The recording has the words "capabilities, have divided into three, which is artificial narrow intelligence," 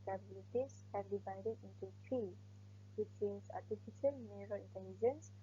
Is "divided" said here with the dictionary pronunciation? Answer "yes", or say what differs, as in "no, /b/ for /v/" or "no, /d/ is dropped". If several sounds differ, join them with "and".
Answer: yes